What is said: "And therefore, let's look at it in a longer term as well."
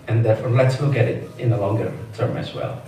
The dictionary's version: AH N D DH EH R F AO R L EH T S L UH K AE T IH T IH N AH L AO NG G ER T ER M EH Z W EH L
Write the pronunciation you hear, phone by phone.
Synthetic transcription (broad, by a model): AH N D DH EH R F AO R L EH T S W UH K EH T IH T IH N AH L AO NG G ER T ER M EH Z W EH L